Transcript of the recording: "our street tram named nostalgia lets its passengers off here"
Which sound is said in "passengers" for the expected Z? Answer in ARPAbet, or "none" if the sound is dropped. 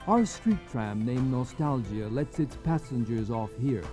Z